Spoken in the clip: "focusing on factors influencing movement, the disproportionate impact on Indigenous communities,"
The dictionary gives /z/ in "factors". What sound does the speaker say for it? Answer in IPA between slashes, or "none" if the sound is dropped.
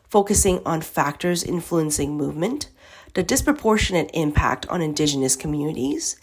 /z/